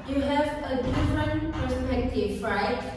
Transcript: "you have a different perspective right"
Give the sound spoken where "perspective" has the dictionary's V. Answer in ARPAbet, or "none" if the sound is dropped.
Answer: F